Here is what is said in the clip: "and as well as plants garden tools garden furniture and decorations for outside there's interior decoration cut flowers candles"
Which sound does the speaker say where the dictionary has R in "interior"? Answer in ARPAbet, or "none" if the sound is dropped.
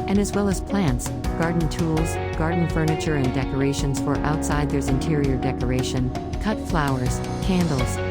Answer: R